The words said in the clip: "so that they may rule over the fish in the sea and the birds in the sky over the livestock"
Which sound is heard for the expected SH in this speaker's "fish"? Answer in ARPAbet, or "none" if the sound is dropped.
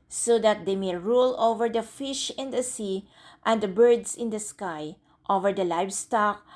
SH